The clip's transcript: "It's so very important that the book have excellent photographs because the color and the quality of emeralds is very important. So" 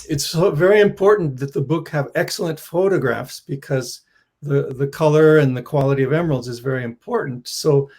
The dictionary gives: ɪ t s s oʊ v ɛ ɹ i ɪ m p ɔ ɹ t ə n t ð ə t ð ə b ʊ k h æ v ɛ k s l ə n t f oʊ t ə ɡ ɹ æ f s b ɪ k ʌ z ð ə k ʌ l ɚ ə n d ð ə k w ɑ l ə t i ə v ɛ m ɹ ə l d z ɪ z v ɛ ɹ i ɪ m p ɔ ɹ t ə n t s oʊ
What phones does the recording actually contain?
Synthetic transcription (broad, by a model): ɪ t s s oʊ v ɛ ɹ i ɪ m p ɔ ɹ t n ð ə t ð ə b ʊ k h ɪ v ɛ k s l ə n t f oʊ t ə ɡ ɹ æ f s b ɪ k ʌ z ð ə k ʌ l ɚ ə n ð ə k w ɑ l ə t i ə v ɛ m ə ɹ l z ɪ z v ɛ ɹ i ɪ m p ɔ ɹ t n t s oʊ